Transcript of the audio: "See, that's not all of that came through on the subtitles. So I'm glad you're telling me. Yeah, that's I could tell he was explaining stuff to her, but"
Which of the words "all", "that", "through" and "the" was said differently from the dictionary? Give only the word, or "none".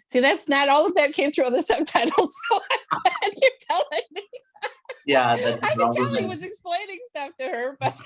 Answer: none